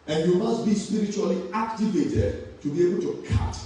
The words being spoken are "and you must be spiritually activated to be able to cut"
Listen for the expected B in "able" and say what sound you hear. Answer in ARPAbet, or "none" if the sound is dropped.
B